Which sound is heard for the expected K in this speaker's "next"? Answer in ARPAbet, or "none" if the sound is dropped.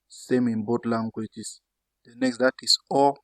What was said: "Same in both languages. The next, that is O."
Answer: K